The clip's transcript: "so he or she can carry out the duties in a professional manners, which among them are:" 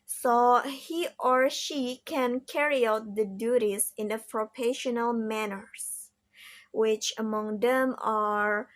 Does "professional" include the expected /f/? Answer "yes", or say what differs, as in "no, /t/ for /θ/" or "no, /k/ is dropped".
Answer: no, /p/ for /f/